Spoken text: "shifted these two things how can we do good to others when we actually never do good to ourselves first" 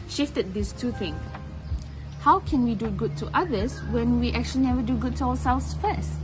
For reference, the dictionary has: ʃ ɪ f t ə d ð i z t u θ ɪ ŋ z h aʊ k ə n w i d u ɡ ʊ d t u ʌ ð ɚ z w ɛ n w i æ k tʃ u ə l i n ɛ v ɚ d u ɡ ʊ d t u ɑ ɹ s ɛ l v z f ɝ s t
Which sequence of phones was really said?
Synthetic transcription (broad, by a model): ʃ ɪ f t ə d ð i s t u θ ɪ ŋ h aʊ k ə n w i d u ɡ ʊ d t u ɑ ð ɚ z w ɛ n w i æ k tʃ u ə l i n ɛ v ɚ d u ɡ ʊ d t u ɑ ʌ s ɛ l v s f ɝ s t